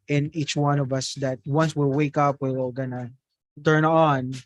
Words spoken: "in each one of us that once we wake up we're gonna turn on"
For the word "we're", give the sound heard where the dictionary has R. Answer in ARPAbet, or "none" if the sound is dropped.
L